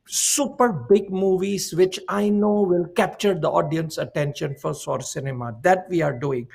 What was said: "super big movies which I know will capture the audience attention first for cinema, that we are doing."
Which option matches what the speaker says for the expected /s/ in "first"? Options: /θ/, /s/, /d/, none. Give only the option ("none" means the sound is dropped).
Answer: none